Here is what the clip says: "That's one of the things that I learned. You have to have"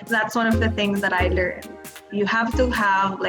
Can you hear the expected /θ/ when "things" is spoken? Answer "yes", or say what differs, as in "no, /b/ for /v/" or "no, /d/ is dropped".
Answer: yes